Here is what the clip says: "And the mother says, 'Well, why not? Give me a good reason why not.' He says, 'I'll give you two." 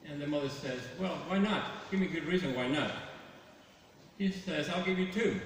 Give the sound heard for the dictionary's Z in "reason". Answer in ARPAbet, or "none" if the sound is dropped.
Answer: Z